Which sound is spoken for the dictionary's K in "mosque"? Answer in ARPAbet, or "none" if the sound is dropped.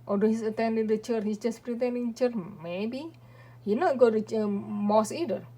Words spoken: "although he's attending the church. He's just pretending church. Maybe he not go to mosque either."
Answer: none